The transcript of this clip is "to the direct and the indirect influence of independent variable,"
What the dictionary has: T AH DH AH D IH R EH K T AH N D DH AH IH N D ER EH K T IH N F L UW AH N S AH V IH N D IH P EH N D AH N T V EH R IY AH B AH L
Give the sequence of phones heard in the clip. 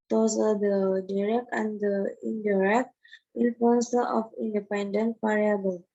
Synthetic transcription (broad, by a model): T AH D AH D IH R EH K T AH N D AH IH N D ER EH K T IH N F UW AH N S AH F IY N D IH P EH N D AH N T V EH R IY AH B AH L